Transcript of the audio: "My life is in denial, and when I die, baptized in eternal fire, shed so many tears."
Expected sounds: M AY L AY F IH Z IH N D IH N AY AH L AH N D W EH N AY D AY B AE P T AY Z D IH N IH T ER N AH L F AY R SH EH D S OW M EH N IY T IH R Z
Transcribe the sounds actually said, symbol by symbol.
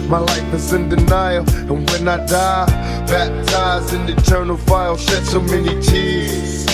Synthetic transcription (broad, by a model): M AY L AY F IH Z IH N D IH N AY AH L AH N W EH N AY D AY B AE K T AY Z IH N IH T ER N AH L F AY L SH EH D S OW M EH N IY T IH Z